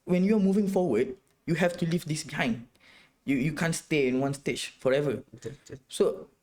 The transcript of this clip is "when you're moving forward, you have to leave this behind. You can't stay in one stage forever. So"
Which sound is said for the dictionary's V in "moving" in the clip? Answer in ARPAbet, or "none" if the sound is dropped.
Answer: V